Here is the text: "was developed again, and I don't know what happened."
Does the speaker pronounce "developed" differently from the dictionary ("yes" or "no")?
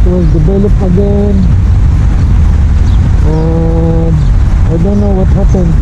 yes